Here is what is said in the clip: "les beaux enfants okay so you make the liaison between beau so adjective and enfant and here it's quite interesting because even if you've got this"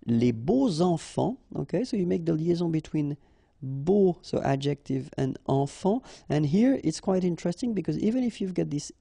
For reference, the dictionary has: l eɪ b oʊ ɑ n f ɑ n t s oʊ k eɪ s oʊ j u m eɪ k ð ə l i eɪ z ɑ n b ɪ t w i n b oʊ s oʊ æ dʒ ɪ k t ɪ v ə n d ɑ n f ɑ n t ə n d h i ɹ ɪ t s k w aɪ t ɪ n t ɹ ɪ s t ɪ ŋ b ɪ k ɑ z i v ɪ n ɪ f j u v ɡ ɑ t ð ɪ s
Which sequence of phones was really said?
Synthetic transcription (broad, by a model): l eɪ b oʊ ɑ f ɑ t oʊ k eɪ s oʊ j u m eɪ k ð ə l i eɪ z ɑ b ɪ t w i n b oʊ s oʊ æ dʒ ɪ k t ɪ v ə n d ɑ f ɑ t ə n h i ɹ ɪ t s k w aɪ t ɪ n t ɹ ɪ s t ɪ ŋ b ɪ k ɑ z i v ɪ n ɪ f j u v ɡ ɑ t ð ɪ s